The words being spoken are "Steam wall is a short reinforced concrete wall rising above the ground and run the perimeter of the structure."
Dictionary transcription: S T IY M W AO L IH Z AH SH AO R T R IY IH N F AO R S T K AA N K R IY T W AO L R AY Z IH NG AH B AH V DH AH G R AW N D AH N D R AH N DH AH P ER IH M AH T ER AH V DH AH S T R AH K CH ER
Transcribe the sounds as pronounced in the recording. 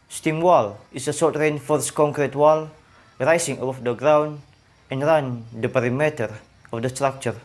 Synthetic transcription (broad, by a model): S T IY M W AO L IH S AH S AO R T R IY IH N F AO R S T K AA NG K R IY T W AO L R AY S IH NG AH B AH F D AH G R AW N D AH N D R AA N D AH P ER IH M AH T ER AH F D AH S T R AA K CH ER